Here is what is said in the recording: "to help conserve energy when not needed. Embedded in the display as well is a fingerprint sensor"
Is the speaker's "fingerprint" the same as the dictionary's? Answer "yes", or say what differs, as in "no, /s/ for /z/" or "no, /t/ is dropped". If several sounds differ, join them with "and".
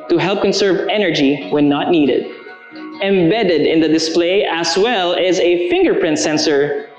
yes